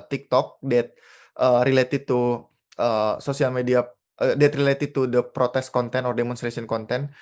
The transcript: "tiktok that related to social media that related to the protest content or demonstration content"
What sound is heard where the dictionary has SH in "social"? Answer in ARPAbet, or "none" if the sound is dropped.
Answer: S